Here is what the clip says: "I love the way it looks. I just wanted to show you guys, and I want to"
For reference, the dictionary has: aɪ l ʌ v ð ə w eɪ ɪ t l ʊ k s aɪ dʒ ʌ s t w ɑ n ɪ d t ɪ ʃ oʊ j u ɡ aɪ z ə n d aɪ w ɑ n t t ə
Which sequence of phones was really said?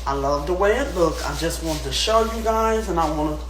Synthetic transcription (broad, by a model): aɪ l ʌ v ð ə w eɪ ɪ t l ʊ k aɪ dʒ ʌ s t w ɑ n t ɪ ʃ oʊ j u ɡ aɪ z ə n aɪ w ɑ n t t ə